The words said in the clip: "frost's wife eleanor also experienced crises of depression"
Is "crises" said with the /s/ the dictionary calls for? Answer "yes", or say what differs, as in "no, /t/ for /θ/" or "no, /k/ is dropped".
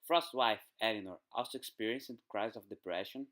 no, /s/ is dropped